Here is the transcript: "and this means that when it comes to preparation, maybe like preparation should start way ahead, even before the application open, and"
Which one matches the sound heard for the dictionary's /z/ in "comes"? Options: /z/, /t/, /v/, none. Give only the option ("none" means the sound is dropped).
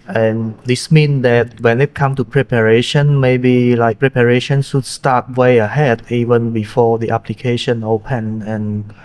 none